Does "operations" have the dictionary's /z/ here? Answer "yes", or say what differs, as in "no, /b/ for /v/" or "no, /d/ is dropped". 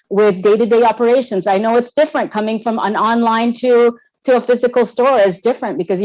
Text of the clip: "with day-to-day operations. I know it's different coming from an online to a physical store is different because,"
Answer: yes